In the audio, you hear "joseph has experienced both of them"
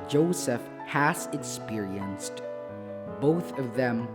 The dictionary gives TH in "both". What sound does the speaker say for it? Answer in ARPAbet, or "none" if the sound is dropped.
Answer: TH